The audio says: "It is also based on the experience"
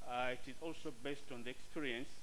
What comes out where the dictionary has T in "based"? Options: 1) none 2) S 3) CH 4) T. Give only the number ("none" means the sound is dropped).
4